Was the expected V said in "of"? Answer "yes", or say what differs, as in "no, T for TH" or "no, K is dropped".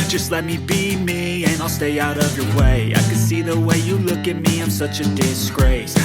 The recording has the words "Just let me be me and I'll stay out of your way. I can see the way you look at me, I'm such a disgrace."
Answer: yes